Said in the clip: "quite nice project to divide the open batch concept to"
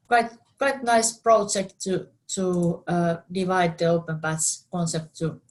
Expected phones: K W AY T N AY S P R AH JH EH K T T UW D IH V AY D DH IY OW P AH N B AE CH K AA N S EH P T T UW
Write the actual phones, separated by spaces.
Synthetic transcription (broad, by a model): K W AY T N AY S P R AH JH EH K T T UW D IH V AY D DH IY OW P AH N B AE S K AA N S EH P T T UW